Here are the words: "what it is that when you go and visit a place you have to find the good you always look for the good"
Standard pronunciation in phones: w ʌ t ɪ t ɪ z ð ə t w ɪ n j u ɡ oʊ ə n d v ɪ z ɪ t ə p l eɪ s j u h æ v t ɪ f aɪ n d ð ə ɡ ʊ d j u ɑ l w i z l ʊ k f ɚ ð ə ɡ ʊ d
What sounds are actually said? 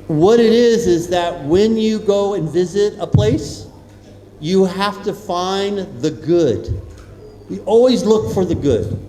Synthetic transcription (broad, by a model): w ʌ t ɪ t ɪ z ð ə t w ɪ n j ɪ ɡ oʊ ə n v ɪ z ɪ t ə p l eɪ s j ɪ h æ f t ɪ f aɪ n ð ə ɡ ʊ d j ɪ ɑ l w i z l ʊ k f ɚ ð ə ɡ ʊ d